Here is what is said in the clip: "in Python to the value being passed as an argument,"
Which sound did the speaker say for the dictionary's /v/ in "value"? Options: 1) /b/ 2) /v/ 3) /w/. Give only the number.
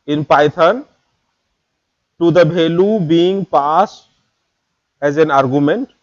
1